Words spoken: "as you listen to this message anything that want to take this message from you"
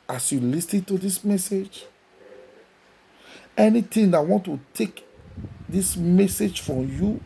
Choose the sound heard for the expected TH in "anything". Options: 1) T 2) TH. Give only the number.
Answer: 1